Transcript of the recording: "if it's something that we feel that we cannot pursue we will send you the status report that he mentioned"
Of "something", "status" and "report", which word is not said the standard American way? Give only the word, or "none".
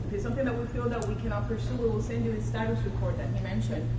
none